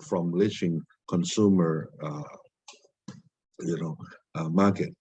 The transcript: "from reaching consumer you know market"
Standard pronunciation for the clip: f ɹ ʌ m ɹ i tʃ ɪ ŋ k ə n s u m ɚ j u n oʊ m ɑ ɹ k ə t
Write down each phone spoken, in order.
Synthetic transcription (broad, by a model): f ɹ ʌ m l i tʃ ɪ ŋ k ə n s u m ɚ j u n oʊ m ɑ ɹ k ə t